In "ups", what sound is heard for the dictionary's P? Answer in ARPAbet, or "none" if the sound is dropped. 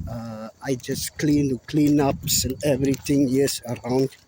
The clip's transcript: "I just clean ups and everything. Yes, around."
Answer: P